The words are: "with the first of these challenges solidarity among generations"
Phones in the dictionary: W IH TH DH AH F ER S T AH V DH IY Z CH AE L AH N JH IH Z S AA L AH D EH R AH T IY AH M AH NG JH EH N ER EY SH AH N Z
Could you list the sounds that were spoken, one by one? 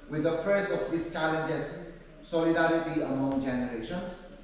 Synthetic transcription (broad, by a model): W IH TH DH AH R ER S AH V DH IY S CH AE L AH N JH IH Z S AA L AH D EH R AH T IY AH M AH NG JH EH N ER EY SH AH N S